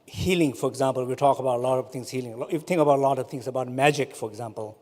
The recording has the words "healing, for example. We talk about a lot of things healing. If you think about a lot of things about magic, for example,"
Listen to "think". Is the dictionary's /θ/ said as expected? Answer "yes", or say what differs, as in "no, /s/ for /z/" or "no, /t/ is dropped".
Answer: no, /t/ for /θ/